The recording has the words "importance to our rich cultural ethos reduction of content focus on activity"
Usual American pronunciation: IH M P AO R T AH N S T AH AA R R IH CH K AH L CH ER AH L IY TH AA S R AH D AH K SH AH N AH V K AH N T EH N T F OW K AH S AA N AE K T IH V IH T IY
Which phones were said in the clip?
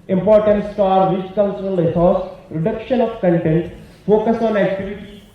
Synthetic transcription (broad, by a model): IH M P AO R T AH N S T AA R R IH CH K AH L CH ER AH L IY S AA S R AH D AH K SH AH N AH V K AH N T EH N T F OW K AH S AA N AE K T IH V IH T IY